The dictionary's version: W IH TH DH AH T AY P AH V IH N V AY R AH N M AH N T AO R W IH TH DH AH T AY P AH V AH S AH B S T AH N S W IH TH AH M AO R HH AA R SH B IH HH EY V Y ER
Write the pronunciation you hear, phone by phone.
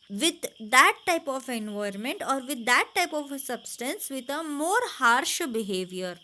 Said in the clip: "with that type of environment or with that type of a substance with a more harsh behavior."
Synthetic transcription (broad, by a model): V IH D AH T AY P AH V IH N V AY AH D M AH N T AO R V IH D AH T AY P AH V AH S AH B S T AH N S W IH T AH M AO R HH AA R SH B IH HH EY V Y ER